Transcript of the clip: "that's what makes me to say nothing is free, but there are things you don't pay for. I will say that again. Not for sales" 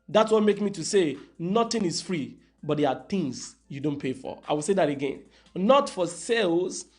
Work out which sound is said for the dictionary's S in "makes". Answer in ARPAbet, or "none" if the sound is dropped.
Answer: none